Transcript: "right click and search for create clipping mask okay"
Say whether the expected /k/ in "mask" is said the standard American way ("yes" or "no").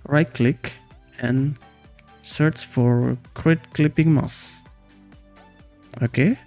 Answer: no